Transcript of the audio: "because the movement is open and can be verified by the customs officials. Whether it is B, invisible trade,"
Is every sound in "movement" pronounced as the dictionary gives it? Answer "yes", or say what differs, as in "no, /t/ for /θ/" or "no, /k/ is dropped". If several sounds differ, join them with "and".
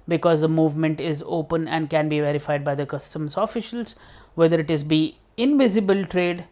yes